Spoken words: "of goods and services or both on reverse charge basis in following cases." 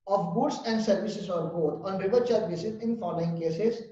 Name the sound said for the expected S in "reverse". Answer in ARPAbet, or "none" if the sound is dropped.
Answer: none